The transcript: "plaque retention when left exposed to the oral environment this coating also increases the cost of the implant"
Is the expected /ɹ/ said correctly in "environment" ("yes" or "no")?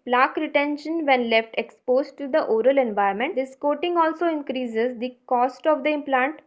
no